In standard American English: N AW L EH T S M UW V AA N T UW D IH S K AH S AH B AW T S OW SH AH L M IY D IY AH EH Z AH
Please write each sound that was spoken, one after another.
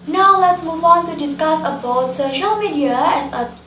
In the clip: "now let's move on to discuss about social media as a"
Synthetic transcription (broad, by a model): N AW L EH T S M UW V AA N T UW D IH S K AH S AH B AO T S OW SH AH L M IY D IY AH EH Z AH